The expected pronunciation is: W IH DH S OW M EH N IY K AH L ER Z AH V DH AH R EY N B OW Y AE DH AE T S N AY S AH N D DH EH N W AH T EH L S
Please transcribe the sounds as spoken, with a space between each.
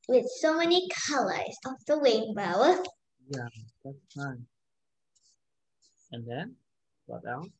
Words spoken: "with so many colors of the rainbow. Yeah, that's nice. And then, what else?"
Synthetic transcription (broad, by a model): W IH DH S OW M EH N IY K AH L ER Z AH F DH AH W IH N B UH Y AE DH AE T S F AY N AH N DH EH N W AH T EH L